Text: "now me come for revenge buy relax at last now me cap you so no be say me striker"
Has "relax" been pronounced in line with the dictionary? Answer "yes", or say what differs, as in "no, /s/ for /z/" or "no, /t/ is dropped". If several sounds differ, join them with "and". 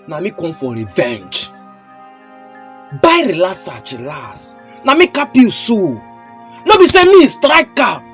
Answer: no, /k/ is dropped